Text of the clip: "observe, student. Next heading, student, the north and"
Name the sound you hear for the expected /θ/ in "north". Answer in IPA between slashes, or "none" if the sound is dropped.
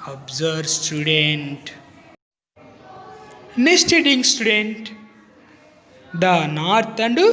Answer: /t/